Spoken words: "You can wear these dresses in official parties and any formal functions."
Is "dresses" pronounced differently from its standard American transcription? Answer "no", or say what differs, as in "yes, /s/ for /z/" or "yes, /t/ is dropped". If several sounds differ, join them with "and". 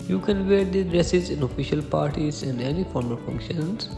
no